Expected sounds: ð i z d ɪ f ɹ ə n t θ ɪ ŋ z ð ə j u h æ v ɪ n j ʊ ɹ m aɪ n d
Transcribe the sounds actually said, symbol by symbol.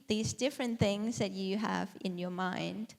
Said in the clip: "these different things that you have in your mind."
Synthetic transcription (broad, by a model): ð i z d ɪ f ɹ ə n θ ɪ ŋ z ð ə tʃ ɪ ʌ v ɪ n j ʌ ɹ m aɪ n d